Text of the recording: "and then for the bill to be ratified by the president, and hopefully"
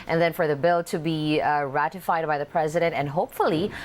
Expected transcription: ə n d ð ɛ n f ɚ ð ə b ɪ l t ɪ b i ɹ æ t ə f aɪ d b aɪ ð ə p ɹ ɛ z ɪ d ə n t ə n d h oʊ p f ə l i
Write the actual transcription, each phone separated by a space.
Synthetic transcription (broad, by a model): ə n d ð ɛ n f ɚ ð ə b ɪ l t ɪ b i ɹ æ t ə f aɪ d b aɪ ð ə p ɹ ɛ z ɪ d ə n t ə n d h oʊ p f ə l i